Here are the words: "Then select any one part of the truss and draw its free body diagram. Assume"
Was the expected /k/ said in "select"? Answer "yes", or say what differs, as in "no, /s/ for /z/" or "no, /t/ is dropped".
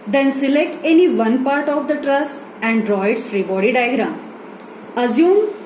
yes